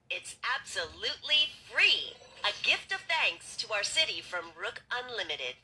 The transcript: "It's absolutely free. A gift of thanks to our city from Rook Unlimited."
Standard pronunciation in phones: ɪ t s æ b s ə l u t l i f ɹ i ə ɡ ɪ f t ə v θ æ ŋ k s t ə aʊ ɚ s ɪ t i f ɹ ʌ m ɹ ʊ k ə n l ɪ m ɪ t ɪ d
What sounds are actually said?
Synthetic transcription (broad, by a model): ɪ t s æ b s ə l u t l i f ɹ i ə ɡ ɪ f t ə v θ æ ŋ k s t ə aʊ ɚ s ɪ t i f ɹ ʌ m ɹ ʊ k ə n l ɪ m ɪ t ɪ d